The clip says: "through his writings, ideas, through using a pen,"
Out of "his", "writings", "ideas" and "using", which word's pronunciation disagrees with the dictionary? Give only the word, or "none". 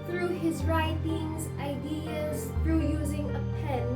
none